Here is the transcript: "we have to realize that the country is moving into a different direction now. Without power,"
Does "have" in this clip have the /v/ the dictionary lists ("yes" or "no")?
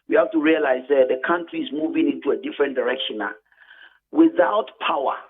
no